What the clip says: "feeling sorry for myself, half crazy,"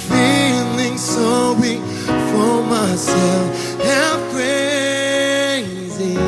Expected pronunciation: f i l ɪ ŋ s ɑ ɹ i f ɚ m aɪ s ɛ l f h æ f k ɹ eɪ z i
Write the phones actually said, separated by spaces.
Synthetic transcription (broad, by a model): f i l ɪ ŋ s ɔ w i f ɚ m aɪ s ɛ l f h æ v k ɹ eɪ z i